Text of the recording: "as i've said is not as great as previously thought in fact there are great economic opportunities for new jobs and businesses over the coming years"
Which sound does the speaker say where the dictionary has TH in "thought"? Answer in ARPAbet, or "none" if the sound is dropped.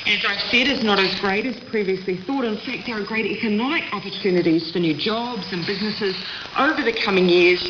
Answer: TH